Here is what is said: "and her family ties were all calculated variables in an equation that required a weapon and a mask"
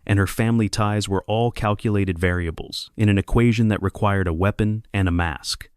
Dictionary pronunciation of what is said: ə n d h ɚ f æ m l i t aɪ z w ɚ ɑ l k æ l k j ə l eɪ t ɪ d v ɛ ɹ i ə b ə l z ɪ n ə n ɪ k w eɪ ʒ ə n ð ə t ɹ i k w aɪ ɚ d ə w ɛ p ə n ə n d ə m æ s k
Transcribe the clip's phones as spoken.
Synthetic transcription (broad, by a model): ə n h ɚ f æ m l i t aɪ z w ɚ ɑ l k æ l k j ə l eɪ t ɪ d v ɛ ɹ i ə b l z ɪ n ə n ɪ k w eɪ ʒ ə n ð ə t ɹ i k w aɪ ɚ d ə w ɛ p ə n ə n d ə m æ s k